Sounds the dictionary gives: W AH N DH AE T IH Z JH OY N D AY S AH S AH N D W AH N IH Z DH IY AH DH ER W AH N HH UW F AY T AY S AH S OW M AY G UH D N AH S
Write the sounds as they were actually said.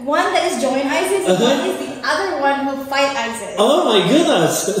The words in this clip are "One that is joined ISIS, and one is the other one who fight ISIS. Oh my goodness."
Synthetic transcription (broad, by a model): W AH N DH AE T IH Z JH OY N AY AH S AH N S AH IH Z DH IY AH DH ER W AH N HH UW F AY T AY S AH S OW M AY G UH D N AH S